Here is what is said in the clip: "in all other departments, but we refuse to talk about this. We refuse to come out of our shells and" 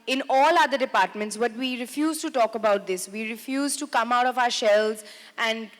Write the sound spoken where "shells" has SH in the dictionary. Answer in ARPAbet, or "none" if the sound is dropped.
SH